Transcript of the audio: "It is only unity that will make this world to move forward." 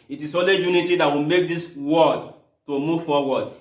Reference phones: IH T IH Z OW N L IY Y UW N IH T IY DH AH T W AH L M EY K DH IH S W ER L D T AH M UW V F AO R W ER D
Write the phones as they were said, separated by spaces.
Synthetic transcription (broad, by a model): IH T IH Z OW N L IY Y UW N IH T IY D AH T W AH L M EY K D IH S W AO D T AH M UW V F AO W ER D